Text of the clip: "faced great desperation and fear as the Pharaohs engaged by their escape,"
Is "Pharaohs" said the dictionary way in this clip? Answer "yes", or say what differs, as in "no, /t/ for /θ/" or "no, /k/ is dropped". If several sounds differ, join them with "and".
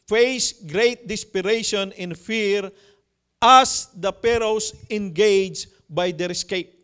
no, /p/ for /f/ and /s/ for /z/